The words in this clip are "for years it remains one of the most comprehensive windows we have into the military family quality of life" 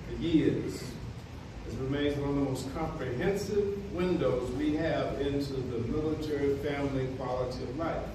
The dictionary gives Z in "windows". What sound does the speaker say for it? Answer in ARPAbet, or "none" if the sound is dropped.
Z